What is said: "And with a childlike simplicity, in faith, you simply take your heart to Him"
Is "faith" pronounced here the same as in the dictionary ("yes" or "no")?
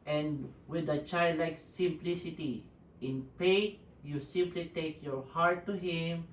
no